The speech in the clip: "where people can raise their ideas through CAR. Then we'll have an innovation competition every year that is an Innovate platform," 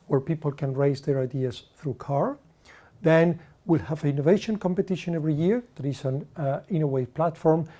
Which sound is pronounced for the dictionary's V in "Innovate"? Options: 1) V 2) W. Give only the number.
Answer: 2